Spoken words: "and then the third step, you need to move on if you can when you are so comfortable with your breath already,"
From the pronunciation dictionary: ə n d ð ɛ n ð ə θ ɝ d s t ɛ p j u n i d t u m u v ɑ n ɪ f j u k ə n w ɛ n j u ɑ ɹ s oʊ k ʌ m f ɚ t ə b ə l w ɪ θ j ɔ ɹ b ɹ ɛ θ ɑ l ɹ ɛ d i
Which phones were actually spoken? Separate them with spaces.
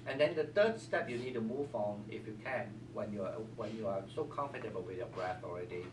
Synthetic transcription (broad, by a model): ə n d ɛ n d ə t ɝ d s t ɛ p j u n i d t u m u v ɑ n ɪ f j u k ə n w ɛ n j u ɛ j s oʊ k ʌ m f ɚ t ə b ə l w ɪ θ j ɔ b ɹ ɛ θ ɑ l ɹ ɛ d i